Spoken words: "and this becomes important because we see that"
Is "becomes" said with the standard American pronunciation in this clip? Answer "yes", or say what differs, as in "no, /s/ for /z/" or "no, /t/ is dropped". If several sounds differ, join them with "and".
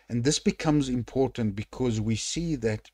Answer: yes